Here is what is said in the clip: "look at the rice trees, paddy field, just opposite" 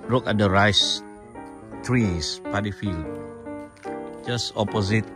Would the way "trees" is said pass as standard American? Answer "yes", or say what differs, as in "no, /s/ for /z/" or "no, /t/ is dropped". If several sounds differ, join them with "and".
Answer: no, /s/ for /z/